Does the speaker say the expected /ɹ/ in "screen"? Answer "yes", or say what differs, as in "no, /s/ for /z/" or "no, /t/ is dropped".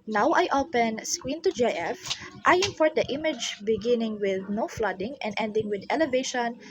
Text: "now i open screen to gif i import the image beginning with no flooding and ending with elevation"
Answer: no, /w/ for /ɹ/